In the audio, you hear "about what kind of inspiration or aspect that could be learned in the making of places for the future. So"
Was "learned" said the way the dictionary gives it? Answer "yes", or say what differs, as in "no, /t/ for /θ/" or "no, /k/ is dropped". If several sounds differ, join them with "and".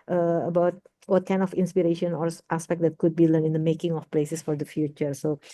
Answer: no, /d/ is dropped